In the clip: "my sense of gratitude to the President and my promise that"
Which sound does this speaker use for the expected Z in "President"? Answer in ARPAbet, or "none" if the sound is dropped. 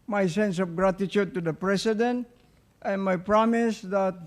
S